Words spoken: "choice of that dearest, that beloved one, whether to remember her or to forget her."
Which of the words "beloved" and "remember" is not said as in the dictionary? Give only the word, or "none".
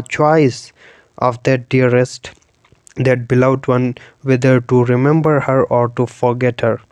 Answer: beloved